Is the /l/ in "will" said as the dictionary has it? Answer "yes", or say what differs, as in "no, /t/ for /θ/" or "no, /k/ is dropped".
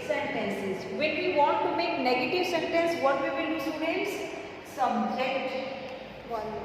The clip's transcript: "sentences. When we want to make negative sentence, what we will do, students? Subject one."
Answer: no, /n/ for /l/